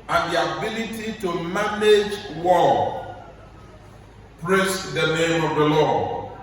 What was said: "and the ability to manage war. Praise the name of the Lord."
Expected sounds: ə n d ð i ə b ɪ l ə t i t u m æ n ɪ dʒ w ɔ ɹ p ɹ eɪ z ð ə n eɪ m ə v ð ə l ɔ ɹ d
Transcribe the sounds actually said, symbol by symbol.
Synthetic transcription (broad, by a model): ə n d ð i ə b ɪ l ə t i t u m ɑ n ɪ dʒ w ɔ l p ɹ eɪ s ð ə n eɪ m ə v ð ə l ɔ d